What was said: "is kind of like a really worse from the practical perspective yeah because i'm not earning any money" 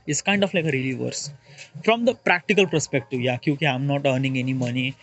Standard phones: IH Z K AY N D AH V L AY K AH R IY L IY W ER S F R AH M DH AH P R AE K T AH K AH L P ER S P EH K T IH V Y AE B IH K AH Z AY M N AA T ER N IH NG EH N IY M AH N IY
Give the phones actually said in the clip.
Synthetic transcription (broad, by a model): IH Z K AY N D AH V L AY K AH R IY L IY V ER S F R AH M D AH P R AE K T AH K AH L P ER S P EH K T IH V Y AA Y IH K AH AY M N AA T ER N IH NG EH N IY M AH N IY